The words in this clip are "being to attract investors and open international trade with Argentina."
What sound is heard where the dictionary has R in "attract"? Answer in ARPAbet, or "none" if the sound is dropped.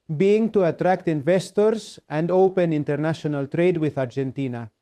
R